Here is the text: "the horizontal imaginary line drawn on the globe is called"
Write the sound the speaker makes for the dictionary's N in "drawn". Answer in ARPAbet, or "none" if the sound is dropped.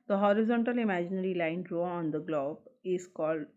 none